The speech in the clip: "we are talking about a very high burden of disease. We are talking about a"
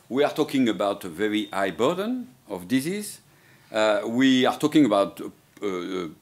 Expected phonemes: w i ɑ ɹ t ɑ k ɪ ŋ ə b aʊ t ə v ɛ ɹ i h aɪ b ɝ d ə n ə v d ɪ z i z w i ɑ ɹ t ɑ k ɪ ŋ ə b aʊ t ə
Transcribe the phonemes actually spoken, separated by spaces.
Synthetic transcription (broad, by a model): w i ɑ ɹ t ɑ k ɪ ŋ ə b aʊ t ə v ɛ ɹ i aɪ b ɝ d ə n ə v d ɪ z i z w i ɑ ɹ t ɑ k ɪ ŋ ə b aʊ t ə